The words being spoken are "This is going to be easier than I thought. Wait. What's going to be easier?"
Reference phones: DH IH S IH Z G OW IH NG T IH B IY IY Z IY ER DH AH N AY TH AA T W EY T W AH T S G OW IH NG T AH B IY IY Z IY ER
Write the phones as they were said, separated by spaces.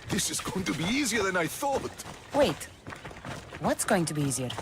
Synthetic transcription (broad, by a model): DH IH S IH Z G OW IH NG T IH B IY IY Z IY ER DH AH N AY TH AA T W EY T W AH T S G OW IH NG T AH B IY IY Z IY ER